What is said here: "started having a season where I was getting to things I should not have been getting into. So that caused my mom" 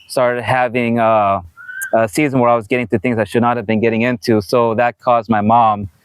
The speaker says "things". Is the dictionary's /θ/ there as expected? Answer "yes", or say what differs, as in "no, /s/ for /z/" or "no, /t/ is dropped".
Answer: yes